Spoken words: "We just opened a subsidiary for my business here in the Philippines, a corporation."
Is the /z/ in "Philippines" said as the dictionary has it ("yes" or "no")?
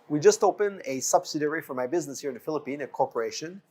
no